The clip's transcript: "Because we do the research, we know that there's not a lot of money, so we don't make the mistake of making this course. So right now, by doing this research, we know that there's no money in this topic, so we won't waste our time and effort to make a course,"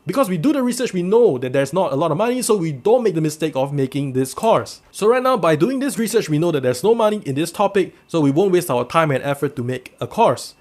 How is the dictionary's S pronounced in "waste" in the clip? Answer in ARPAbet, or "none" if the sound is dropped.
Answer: S